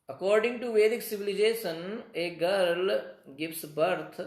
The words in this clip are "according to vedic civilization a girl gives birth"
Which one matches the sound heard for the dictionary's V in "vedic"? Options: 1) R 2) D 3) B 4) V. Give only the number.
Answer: 4